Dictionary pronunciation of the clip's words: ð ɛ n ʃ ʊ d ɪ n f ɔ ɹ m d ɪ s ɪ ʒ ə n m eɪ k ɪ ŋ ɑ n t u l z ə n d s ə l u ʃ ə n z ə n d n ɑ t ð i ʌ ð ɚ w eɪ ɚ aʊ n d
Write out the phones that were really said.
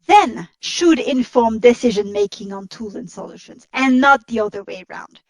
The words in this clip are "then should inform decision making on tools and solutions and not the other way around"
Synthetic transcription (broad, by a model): ð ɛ n ʃ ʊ d ɪ n f ɔ ɹ m d ɪ s ɪ ʒ ə n m eɪ k ɪ ŋ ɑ n t u l z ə n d s ə l u ʃ ə n z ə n n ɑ t ð i ʌ ð ɚ w eɪ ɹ aʊ n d